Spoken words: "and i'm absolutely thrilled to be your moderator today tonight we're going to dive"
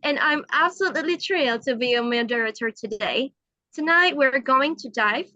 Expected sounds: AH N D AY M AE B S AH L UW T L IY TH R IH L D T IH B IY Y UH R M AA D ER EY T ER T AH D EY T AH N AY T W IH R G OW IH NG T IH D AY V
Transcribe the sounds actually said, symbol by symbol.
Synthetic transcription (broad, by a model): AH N AY M AE B S AH L UW T L IY T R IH L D T IH B IY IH M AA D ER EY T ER T AH D EY T AH N AY T W IH R G OW IH NG T IH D AY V